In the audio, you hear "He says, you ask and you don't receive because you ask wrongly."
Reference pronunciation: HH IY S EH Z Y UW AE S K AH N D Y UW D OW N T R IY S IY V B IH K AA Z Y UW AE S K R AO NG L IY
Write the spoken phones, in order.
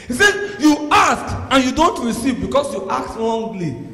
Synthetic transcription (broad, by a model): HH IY S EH Y UW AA S K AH N Y UW D OW N T R IY S IY V B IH K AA S Y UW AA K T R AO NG L IY